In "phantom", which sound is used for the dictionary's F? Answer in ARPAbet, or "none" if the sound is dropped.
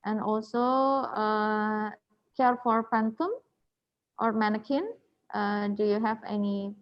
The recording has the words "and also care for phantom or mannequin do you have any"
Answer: P